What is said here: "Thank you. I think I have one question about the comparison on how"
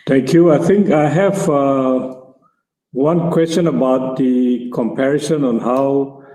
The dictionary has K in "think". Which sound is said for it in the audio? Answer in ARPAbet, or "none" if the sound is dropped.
K